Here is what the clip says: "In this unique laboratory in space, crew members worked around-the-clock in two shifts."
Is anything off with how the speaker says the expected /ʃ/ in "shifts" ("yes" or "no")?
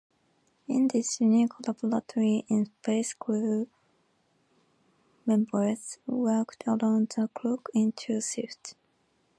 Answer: yes